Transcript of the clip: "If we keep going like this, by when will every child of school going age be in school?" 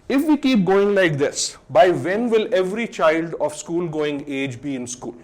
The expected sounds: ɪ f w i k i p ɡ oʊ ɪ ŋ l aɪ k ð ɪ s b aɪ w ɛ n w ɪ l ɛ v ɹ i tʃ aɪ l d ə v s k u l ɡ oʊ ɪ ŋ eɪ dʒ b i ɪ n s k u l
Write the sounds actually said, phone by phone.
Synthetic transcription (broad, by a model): ɪ f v i k i p ɡ oʊ ɪ ŋ l aɪ k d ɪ s b aɪ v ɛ n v ɪ l ɛ v ɹ i tʃ aɪ l d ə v s k u l ɡ oʊ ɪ ŋ eɪ dʒ b i ɪ n s k u l